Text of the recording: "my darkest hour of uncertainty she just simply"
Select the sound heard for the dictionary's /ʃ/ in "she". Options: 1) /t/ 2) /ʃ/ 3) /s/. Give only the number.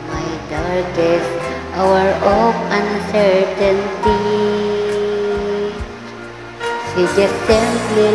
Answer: 3